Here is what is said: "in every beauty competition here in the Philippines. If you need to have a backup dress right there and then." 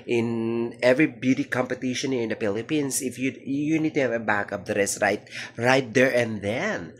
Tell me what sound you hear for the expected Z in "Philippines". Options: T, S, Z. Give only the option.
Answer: S